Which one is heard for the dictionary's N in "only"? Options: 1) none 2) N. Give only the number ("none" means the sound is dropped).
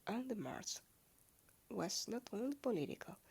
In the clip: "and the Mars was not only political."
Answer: 2